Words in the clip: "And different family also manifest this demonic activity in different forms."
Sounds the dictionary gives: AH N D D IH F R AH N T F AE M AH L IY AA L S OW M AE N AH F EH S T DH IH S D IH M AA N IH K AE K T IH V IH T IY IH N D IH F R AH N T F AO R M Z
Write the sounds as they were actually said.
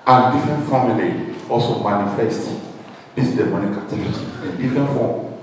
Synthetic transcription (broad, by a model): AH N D D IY F R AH N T F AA M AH L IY AA L S OW M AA N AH F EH S T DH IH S D IH M AA N IH K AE T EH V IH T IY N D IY F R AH N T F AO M